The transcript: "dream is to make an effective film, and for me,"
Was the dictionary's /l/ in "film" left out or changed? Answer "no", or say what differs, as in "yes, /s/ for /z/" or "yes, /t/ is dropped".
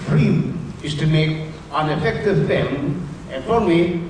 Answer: yes, /l/ is dropped